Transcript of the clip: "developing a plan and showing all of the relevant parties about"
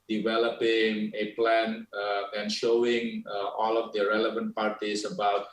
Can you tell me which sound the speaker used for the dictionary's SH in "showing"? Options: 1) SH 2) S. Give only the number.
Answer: 1